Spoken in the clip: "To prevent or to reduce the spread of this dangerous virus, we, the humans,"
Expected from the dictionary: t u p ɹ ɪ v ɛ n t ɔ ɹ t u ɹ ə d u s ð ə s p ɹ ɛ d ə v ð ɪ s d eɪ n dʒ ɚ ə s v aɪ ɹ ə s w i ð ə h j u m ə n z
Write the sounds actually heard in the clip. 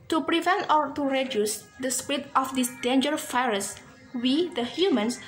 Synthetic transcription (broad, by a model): t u p ɹ ɪ v ɛ n t ɔ ɹ t u ɹ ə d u s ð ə s p ɹ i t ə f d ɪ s d eɪ n dʒ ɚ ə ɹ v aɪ ɹ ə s w i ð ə h j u m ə n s